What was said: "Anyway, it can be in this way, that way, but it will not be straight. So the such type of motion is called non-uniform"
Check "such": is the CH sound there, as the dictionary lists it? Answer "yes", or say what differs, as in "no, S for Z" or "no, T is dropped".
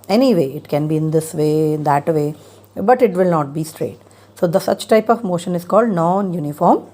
yes